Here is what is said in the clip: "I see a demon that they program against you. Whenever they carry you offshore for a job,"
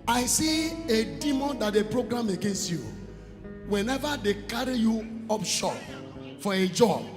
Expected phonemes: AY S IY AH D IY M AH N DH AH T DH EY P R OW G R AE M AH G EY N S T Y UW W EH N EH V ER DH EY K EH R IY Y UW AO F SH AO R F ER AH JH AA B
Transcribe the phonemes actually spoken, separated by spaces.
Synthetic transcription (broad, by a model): AY S IY AH D IY M AH N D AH T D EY P R OW G R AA M AH G EY N S T Y UW W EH N EH V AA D EY K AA R IY Y UW AO P SH AO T F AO AH JH AA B